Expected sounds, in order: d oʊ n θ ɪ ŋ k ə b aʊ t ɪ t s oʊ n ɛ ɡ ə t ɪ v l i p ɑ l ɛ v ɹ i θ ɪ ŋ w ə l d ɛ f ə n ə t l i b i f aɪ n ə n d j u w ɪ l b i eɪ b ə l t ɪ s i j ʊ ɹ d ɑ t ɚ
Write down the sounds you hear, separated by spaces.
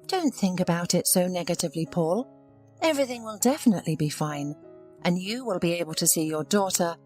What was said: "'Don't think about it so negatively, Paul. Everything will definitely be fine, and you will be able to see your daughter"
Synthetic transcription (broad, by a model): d oʊ n θ ɪ ŋ k ə b aʊ t ɪ t s oʊ n ɛ ɡ ə t ɪ v l i p ɑ l ɛ v ɹ i θ ɪ ŋ w ə l d ɛ f ə n ə t l i b i f aɪ n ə n j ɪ w ɪ l b i eɪ b ə l t ɪ s i j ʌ ɹ d ɑ t ɚ